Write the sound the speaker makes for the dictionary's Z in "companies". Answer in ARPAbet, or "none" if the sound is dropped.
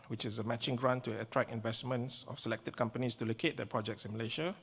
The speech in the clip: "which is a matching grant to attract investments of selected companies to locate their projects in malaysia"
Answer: S